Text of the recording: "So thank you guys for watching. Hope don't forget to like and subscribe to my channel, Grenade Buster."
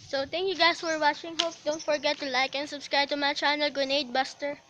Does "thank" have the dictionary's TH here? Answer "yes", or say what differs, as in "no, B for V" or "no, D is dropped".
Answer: no, T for TH